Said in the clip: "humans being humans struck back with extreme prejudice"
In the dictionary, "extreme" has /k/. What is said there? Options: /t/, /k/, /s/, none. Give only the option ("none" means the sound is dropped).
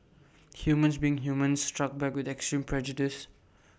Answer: /k/